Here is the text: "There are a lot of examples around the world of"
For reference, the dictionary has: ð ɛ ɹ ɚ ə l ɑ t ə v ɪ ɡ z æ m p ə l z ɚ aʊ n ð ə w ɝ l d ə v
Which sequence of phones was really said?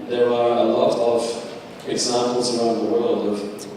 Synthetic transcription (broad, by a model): ð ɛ ɹ ɚ ə l ɑ t ə v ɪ ɡ z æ m p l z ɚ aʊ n ð ə w ɝ l d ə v